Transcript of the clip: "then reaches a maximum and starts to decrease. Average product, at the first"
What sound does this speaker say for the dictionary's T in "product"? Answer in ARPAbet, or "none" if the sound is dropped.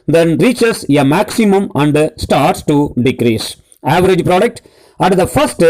T